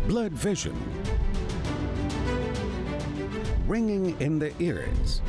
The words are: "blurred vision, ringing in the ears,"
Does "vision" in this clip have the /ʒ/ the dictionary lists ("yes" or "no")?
yes